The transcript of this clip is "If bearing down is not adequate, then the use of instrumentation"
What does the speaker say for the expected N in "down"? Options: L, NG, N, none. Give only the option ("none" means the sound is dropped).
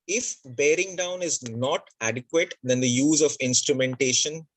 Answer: N